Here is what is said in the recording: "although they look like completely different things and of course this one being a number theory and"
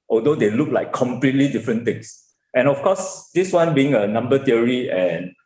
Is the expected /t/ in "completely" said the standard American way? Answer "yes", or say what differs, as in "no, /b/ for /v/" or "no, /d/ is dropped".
yes